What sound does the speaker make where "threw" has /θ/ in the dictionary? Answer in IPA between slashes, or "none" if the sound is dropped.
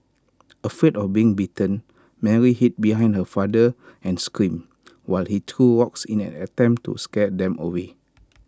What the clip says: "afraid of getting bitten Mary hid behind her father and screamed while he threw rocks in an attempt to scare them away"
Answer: /t/